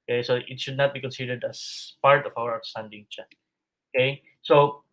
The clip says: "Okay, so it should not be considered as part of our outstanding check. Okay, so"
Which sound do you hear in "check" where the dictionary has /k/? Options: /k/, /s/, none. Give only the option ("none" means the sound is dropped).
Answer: none